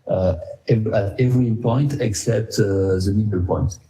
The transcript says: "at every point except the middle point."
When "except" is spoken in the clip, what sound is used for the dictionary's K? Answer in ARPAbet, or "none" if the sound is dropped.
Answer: K